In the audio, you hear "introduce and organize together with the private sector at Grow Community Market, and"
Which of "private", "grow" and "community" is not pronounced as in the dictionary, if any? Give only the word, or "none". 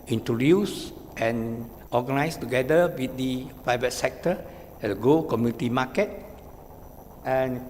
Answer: grow